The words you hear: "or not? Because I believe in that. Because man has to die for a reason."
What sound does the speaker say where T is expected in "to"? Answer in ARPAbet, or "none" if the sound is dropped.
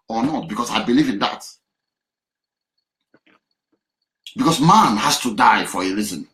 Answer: T